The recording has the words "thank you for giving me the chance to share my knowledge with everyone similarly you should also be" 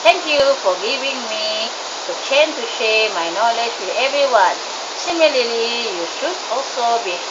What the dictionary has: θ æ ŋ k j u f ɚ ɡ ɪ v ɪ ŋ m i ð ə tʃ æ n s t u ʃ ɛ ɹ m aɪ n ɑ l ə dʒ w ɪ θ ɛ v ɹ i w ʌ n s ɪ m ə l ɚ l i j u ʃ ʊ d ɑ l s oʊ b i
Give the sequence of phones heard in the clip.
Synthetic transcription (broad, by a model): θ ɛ ŋ k j u f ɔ ɡ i v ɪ ŋ m i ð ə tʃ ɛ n t u ʃ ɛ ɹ m aɪ n ɑ l ə dʒ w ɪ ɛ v ɹ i w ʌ n s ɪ m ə l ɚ l i j u ʃ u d ɑ l s oʊ b i